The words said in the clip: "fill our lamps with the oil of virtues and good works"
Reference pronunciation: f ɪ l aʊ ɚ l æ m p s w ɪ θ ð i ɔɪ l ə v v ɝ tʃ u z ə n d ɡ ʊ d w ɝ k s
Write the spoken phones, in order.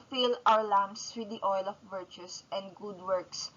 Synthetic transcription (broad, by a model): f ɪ l aʊ ɚ l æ m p s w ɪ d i ɔɪ l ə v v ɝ tʃ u s ə n d ɡ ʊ d w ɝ k s